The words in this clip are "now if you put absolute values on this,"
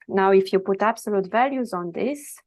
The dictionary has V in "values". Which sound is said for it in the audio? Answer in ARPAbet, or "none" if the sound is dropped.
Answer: V